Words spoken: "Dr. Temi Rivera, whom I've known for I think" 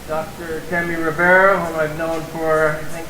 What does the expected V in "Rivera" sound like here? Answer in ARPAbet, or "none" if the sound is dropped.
B